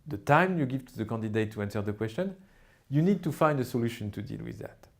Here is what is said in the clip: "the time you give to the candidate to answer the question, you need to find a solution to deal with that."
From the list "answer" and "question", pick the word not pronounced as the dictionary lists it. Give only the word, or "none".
none